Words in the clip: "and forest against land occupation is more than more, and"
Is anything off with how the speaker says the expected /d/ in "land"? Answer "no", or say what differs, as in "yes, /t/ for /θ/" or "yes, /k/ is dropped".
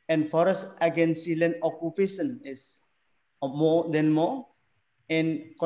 yes, /d/ is dropped